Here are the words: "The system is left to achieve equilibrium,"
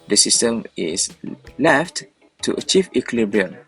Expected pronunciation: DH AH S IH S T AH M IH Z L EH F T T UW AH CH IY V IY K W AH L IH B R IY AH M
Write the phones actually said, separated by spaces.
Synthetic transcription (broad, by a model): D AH S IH S T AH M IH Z L EH F T T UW AH CH IY V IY K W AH L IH B R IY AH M